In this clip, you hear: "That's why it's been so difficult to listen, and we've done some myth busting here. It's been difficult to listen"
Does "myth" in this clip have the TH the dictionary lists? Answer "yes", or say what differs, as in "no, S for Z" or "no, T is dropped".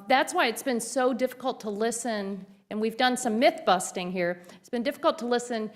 yes